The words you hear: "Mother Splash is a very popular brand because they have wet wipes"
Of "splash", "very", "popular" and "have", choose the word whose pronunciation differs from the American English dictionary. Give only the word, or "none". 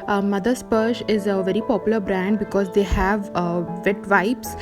splash